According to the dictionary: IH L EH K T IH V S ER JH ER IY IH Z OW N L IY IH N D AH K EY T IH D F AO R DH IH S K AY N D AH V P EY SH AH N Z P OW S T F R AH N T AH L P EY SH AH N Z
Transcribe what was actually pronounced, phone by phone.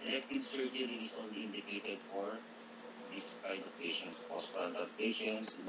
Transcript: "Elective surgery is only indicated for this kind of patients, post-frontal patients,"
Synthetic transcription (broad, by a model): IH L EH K T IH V S ER JH ER IY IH S OW N L IY IH N D AH K EY T IH D F AO R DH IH S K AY D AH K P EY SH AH N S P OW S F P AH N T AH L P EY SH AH N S